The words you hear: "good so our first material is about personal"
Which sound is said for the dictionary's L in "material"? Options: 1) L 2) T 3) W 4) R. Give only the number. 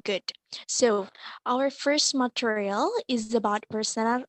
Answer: 1